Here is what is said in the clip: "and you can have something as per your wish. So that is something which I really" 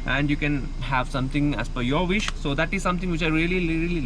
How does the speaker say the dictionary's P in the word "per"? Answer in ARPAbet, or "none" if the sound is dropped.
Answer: F